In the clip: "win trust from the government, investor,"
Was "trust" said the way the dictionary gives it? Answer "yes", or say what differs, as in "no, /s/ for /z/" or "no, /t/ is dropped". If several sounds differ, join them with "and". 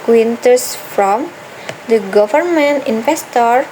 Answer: no, /ɹ/ is dropped